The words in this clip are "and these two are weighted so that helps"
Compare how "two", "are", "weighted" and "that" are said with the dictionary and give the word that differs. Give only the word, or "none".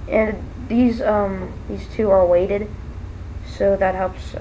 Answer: are